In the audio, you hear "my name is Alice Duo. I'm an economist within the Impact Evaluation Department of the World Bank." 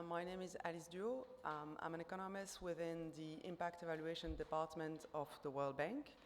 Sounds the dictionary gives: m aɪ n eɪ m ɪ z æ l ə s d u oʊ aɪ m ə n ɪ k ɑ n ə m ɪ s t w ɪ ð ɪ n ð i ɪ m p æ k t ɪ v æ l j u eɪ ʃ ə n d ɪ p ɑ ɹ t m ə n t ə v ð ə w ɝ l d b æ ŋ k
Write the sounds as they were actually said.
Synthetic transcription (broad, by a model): m aɪ n eɪ m ɪ z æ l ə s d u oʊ aɪ m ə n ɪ k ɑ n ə m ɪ s t w ɪ ð ɪ n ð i ɪ m p æ k t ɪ v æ l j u eɪ ʃ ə n d ɪ p ɑ ɹ t m ə n t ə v ð ə w ɝ l d b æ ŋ k